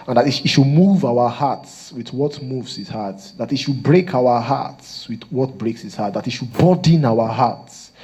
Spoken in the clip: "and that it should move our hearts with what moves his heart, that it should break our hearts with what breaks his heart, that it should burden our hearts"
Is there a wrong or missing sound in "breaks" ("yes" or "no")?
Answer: no